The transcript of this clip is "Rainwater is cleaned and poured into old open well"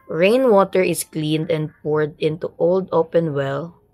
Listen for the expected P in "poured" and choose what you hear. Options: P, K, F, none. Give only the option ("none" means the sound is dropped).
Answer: P